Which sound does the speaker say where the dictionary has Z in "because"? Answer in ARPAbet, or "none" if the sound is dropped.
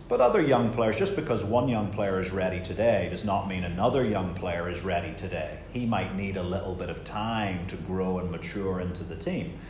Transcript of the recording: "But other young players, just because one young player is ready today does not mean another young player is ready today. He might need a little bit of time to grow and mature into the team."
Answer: Z